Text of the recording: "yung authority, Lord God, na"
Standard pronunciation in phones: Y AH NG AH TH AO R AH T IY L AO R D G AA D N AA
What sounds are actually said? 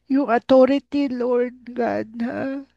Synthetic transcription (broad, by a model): Y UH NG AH T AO R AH T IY L AO R D G AA D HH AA